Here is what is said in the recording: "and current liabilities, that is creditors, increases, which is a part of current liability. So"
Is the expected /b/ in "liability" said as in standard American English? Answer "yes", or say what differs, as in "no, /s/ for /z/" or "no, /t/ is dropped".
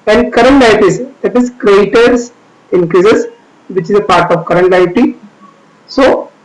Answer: no, /b/ is dropped